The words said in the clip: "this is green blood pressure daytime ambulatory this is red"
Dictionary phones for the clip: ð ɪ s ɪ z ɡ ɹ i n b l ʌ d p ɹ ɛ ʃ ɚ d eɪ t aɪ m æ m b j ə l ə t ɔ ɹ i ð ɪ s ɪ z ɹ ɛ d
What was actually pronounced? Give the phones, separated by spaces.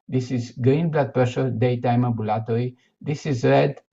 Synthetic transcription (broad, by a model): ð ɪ s ɪ z ɡ ɹ i n b l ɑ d p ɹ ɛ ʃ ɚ d eɪ t aɪ m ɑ b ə l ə t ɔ ɹ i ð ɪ s ɪ z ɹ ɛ d